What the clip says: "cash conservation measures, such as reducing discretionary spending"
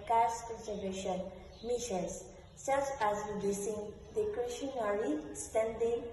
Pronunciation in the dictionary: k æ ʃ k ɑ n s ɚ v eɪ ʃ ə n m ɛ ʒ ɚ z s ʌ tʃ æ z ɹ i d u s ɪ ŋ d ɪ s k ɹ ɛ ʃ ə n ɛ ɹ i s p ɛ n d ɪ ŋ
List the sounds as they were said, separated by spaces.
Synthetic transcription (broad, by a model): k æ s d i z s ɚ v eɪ ʃ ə n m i ʃ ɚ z s ʌ tʃ æ z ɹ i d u s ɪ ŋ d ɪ k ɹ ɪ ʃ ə n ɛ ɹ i s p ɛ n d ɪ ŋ